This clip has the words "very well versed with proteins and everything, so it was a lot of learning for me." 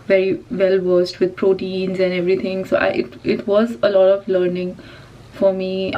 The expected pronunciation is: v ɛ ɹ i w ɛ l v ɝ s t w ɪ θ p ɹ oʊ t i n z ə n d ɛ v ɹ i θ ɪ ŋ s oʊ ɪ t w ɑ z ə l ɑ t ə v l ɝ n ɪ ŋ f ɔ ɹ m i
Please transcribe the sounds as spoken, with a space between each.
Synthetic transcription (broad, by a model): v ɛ ɹ i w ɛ l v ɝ s t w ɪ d p ɹ oʊ t i n z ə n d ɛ v ɹ i t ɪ ŋ s oʊ ɪ t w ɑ z ə l ɑ t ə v l ɝ n ɪ ŋ f ɔ ɹ m i